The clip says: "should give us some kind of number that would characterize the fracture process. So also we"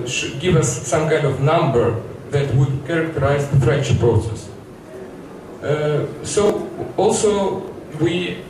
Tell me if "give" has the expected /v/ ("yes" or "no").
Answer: yes